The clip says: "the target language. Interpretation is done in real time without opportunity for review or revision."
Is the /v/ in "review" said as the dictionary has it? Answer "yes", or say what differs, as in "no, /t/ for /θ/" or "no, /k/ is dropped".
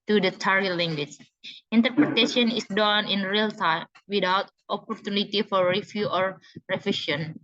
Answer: no, /f/ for /v/